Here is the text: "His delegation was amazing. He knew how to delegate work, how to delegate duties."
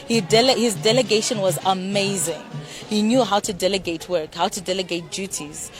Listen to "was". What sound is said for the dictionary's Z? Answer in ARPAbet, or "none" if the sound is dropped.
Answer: Z